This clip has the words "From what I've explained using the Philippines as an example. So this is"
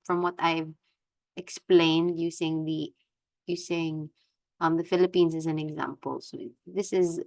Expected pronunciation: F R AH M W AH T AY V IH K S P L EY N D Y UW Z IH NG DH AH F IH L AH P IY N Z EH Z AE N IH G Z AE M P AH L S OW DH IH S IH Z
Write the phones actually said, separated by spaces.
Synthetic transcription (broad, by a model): F R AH M W AH T AY V IH K S P L EY N D Y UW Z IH NG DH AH F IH L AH P IY N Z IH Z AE N IH G Z AE M P AH L S OW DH IH S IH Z